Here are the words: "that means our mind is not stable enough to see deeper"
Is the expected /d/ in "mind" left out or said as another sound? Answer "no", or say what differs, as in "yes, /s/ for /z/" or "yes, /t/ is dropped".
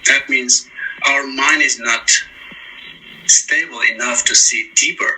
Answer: no